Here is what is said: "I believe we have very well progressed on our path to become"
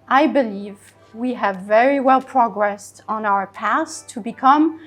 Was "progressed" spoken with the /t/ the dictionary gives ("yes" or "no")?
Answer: yes